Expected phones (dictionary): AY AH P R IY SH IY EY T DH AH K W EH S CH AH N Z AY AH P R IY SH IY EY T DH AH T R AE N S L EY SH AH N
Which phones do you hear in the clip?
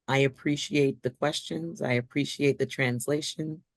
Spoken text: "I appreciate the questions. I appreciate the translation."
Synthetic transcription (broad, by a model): AY AH P R IY SH IY EY T DH AH K W EH S CH AH N Z AY AH P R IY SH IY EY T DH AH T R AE N S L EY SH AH N